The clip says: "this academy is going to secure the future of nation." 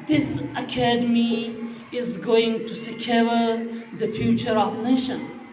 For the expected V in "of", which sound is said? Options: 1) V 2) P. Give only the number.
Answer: 2